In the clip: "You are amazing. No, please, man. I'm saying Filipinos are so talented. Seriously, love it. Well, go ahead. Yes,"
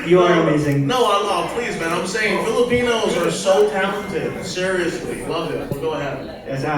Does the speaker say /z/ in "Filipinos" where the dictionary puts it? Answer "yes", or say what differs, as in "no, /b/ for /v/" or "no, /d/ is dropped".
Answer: yes